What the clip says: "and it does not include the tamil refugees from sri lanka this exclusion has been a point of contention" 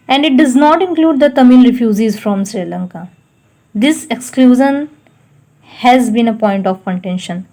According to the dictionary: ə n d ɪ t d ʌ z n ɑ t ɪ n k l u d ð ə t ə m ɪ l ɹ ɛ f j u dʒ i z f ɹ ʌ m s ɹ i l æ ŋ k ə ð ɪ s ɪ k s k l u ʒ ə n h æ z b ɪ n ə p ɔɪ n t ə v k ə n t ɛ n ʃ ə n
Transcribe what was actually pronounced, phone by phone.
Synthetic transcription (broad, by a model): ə n d ɪ t d ʌ z n ɑ t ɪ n k l u d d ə t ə m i l ɹ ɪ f j u z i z f ɹ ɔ m s ɹ i l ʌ ŋ k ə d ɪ s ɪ k s k l u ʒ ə n h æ z b ɪ n ə p ɔɪ n t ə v k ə n t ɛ n ʃ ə n